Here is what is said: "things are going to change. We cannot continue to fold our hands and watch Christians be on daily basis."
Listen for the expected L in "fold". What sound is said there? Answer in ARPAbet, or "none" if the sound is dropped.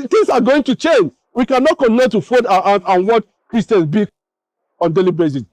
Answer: none